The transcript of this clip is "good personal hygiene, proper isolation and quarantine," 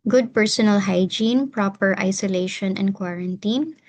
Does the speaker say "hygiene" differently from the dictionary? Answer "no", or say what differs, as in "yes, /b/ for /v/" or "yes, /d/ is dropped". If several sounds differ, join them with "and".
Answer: no